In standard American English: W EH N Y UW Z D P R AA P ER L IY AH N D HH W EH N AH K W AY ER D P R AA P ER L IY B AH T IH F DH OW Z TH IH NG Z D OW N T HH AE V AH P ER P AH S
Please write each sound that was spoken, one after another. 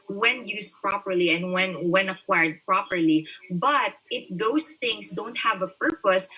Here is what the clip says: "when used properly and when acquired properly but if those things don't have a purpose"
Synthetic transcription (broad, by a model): W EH N Y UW S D P R AA P ER L IY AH N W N W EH N AH K W AY ER D P R AA P ER L IY B AH T IH F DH OW S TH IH NG S D OW N T HH AE V AH P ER P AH S